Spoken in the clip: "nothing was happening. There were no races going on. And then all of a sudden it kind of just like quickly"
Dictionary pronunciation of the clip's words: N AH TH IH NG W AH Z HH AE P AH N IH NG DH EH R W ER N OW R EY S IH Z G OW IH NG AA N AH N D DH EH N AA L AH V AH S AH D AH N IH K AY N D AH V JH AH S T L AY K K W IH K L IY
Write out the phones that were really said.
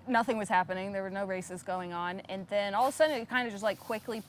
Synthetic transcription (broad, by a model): N AH TH IH NG W AH Z HH AE P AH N IH NG DH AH R W ER N OW R EY S IH Z G OW IH NG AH N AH N DH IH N AA L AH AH S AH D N IH K AY N D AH JH AH S T L AY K K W IH K L IY